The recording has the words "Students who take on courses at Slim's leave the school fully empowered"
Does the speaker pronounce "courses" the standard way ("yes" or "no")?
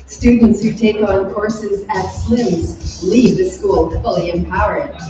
yes